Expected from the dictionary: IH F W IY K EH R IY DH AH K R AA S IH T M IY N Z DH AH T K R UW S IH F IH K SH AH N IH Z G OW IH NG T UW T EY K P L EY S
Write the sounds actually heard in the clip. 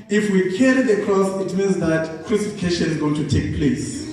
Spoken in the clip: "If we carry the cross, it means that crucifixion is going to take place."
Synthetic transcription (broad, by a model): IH F W IY K EH R IY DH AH K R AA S IH T M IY N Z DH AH T K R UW S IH F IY K SH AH N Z G OW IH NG T UW T EY K P L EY S